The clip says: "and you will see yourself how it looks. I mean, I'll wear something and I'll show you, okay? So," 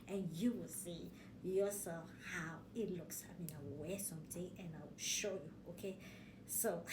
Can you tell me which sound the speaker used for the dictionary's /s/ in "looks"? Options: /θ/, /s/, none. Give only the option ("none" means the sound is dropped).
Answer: /s/